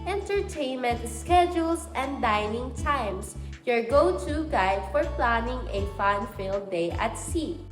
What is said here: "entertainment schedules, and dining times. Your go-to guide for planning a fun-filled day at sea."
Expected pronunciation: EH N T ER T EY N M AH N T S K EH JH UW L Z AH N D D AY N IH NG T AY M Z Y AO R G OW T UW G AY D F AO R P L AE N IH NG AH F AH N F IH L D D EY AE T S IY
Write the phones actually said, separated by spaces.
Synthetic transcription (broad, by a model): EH N T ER T EY N M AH N T S K EH JH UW L S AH N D D AY N IH NG T AY M S Y AO R G OW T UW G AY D F AO R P L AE N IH NG AH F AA N F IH L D D EY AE T S IY